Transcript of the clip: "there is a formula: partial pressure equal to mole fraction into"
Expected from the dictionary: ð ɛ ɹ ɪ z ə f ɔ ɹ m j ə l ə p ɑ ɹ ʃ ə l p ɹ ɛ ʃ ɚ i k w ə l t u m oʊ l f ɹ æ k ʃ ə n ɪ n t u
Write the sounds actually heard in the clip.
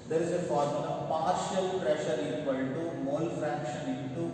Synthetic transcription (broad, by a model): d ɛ ɹ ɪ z ə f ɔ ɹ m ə n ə p ɑ ɹ ʃ ə l p ɹ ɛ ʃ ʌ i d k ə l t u m oʊ l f ɹ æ k ʃ ə n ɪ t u